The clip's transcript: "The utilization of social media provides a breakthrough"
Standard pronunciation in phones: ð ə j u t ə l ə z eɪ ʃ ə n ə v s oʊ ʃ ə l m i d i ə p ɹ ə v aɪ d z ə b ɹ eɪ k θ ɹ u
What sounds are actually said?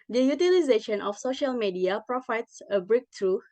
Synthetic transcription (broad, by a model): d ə j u t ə l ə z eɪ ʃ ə n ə f s oʊ ʃ ə l m i d i ə p ɹ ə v aɪ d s ə b ɹ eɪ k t ɹ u